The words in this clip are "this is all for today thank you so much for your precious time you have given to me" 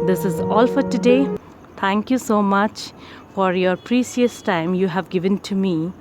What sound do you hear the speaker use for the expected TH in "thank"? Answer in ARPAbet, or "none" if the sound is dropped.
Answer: T